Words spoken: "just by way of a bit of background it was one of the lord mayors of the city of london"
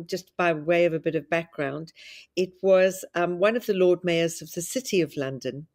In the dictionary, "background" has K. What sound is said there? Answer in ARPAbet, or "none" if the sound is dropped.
K